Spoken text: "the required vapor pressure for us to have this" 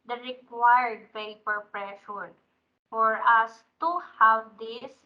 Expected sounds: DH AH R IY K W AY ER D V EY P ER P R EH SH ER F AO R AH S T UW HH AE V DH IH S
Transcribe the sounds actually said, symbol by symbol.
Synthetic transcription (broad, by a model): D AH R IY K W AY ER D P EY P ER P R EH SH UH F AO R AH S T UW HH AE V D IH S